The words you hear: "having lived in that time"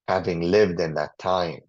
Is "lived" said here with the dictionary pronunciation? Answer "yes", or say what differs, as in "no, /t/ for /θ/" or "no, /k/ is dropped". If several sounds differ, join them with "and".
yes